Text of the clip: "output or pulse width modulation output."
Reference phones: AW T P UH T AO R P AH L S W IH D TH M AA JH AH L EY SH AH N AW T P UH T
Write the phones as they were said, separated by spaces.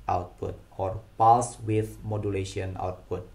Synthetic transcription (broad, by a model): AW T P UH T AO R P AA S W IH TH M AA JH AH L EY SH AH N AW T P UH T